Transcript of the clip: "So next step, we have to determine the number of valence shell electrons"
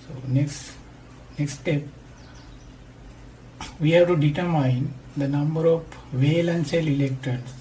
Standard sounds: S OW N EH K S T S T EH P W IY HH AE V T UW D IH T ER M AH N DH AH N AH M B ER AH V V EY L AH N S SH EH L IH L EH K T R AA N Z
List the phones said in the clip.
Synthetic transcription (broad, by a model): S OW N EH K S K S T EH P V IY HH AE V T UW D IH T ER M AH N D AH N AH M B ER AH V V EY L AH N S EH L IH L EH K T R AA N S